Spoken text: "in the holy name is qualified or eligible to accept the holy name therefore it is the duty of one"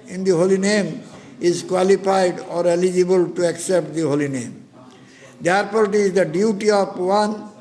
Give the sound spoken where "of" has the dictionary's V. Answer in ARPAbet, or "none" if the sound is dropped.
P